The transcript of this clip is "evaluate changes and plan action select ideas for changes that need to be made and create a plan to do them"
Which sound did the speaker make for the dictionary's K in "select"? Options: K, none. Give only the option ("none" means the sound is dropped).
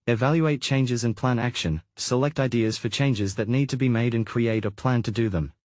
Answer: K